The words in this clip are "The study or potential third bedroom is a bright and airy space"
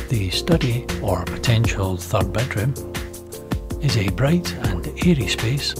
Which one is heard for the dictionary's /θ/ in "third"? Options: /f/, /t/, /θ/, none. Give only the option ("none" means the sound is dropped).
/θ/